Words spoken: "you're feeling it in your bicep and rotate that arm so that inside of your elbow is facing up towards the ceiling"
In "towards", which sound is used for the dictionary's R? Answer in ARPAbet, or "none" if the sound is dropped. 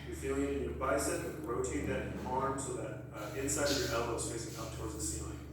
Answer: R